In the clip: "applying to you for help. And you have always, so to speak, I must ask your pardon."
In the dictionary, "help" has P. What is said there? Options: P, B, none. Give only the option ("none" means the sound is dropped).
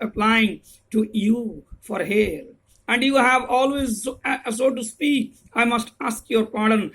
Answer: none